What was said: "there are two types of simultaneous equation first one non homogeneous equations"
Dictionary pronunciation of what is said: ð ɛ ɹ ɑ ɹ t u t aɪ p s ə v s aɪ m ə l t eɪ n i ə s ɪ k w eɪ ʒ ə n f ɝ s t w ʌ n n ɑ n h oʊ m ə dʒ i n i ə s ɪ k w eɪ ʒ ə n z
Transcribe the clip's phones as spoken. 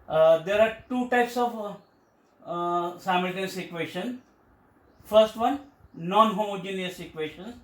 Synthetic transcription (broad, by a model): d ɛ ɹ ɑ ɹ t u t aɪ p s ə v s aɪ m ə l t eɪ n s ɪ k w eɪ ʃ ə n f ɝ s t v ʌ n n ɑ n h oʊ m ə dʒ i n i ə s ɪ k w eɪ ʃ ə n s